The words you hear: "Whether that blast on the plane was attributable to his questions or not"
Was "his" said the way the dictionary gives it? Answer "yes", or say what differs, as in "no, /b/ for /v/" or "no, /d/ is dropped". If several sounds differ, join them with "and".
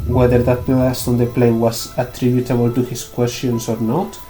no, /s/ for /z/